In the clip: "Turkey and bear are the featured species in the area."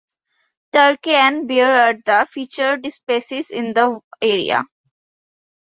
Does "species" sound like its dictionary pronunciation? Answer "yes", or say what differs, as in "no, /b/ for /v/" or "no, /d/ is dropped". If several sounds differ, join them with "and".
no, /s/ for /ʃ/